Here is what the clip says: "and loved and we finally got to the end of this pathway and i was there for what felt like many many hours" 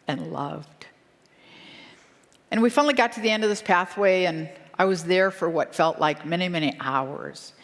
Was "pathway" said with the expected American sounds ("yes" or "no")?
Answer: yes